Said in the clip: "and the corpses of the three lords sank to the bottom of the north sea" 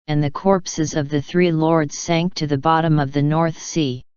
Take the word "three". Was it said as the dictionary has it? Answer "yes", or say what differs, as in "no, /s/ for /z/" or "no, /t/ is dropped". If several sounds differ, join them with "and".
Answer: yes